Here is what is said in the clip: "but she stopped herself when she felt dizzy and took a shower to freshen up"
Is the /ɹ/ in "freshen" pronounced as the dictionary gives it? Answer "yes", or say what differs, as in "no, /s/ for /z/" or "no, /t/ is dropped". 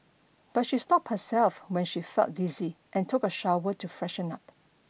yes